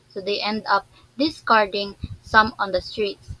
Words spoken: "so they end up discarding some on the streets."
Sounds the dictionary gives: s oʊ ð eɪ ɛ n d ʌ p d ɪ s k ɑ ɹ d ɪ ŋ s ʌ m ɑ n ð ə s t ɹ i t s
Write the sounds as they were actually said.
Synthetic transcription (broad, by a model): s oʊ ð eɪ ɛ n d ʌ p d ɪ s k ɑ ɹ d ɪ ŋ s ʌ m ɑ n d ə s t ɹ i t s